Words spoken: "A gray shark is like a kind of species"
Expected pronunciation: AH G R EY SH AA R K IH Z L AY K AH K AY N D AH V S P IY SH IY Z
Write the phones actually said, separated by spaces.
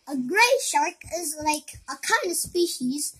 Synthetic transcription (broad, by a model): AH G R EY SH AA R K IH Z L AY K AH K AY N D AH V S P IY SH IY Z